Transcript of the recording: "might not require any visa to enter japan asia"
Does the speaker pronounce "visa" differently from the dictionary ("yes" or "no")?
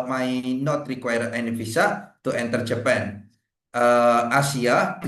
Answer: yes